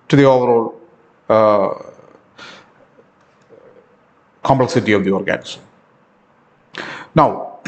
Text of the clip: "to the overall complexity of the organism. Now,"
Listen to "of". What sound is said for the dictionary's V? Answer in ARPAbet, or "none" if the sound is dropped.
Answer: V